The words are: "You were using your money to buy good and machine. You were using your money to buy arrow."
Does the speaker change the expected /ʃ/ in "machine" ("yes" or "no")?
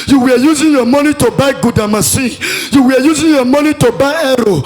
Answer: yes